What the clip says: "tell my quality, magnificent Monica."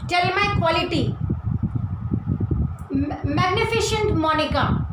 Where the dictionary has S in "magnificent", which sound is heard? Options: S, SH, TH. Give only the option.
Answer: SH